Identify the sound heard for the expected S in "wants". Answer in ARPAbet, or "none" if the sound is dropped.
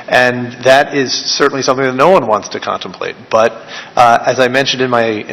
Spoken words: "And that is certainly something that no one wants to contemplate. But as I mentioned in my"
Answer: S